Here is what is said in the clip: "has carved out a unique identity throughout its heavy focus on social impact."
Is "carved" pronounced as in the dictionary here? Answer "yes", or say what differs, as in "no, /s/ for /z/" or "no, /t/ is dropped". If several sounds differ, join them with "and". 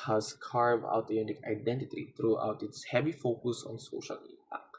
no, /d/ is dropped